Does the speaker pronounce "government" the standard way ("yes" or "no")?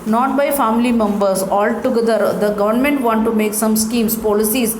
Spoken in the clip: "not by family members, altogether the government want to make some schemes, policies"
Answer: yes